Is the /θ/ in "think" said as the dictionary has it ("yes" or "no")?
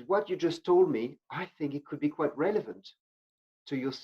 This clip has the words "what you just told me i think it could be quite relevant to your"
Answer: yes